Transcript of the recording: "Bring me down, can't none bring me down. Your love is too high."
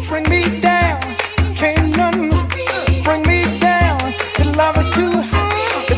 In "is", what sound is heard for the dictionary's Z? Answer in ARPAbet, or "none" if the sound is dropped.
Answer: S